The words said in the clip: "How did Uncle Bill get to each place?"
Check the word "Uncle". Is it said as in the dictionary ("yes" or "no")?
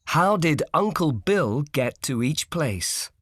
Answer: yes